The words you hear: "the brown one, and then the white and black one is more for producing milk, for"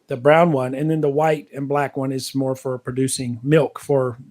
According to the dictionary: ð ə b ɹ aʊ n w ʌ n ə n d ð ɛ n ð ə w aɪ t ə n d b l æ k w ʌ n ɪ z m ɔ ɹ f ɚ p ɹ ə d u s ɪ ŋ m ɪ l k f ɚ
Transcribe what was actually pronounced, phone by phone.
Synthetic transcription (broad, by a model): ð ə b ɹ aʊ n w ʌ n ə n ð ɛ n ð ə w aɪ t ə n b l æ k w ʌ n ɪ z m ɔ ɹ f ɚ p ɹ ə d u s ɪ ŋ m ɪ l k f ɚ